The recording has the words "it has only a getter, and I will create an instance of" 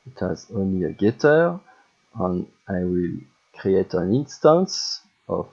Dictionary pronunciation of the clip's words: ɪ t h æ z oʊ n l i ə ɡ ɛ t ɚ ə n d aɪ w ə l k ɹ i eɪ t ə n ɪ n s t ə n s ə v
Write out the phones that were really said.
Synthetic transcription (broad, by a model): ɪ t h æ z oʊ n l i ə ɡ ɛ t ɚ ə n aɪ w ə l k ɹ i eɪ t ə n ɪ n s t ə n s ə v